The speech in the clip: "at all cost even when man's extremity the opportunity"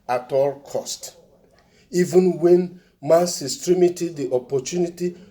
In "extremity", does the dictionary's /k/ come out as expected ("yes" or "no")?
no